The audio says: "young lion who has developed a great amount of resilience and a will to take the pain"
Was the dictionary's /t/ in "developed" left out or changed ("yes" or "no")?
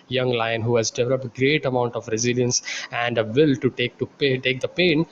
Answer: no